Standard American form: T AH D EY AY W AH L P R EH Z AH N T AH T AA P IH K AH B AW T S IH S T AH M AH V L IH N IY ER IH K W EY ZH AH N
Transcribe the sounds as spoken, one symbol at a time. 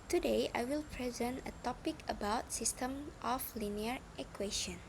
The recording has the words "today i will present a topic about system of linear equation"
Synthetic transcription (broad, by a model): T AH D EY AY W AH L P R EH Z AH N T AH T AA P IH K AH B AW T S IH S T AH M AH F L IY N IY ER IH K W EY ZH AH N